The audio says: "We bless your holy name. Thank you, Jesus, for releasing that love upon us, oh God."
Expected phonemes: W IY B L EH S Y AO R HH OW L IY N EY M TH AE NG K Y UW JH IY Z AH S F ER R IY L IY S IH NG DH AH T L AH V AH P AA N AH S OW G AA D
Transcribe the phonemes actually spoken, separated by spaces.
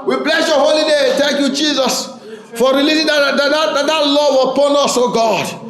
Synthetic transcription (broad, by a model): W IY B L EH S Y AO HH OW L IY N EY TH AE NG K Y UW JH IY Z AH S F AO R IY L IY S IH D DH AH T L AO W AH P AA N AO S OW G AA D